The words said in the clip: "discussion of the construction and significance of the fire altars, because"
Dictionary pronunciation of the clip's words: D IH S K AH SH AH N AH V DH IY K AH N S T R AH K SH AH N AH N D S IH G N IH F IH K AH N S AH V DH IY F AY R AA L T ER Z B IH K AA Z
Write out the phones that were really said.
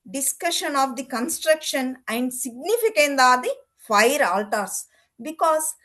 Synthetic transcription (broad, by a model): D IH S K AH SH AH N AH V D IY K AH N S T R AH K SH AH N AH N D S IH G N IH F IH K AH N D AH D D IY F AY R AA L T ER S B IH K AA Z